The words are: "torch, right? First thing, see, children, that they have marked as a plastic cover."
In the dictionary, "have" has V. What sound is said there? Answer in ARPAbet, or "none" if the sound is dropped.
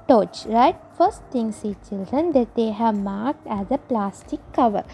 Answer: V